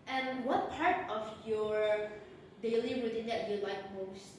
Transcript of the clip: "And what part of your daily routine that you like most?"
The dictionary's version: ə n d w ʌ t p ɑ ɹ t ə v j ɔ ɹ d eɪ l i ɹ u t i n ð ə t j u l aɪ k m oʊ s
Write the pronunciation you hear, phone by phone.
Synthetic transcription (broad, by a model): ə n w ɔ t p ɑ ɹ t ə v j ɔ ɹ d eɪ l i w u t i n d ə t j u l aɪ k m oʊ s